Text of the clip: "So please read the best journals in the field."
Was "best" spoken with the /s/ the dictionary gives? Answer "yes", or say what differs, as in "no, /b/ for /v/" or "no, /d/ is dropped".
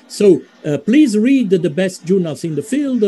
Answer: yes